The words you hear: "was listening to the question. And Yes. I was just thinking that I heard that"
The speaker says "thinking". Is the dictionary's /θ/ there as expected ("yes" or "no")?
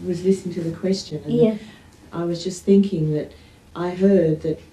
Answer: yes